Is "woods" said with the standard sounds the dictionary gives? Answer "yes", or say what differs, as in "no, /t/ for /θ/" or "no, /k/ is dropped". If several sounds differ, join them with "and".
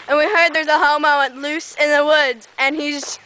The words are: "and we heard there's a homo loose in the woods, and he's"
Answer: no, /z/ is dropped